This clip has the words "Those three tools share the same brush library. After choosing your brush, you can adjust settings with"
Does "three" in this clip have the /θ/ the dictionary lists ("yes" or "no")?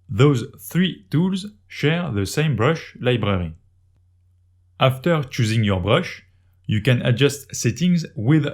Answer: yes